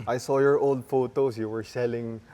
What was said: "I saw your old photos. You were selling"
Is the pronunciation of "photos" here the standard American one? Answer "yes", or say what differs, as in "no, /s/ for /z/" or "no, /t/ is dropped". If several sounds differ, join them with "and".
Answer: no, /s/ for /z/